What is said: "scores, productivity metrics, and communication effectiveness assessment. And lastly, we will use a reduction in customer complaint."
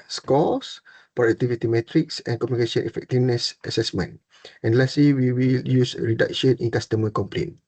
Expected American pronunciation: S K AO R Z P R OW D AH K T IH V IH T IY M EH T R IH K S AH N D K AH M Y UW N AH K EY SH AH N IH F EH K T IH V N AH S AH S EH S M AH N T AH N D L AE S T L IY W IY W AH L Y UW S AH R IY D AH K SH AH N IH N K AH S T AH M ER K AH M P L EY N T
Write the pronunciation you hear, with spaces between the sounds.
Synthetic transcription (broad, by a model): S K AO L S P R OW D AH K T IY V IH T IY M EH T R IH K S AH N K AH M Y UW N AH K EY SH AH N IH F EH K T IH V N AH S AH S EH S M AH N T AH N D L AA S L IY W IY W AH L Y UW S R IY D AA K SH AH N IH N K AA S T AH M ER K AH M P L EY N